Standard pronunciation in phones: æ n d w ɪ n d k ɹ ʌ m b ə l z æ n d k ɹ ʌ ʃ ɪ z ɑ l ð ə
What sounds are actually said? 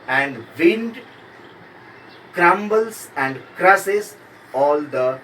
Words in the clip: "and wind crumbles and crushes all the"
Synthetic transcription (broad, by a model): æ n d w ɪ n d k ɹ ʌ m b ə l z æ n d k ɹ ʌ s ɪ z ɑ l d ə